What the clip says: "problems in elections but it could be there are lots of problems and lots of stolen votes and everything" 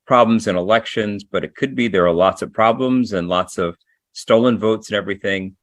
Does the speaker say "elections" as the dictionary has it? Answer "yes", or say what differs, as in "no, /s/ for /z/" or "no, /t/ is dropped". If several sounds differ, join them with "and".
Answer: yes